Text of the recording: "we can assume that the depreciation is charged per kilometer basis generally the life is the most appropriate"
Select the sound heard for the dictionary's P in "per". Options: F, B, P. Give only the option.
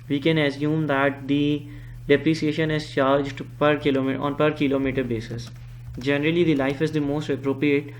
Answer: P